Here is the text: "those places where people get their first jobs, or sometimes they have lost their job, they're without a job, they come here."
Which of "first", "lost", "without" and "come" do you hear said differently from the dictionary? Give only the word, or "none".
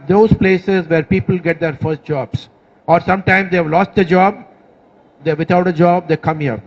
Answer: without